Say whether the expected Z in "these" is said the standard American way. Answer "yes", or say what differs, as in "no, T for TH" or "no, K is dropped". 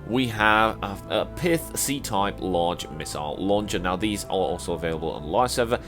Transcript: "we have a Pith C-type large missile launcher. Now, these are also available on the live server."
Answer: yes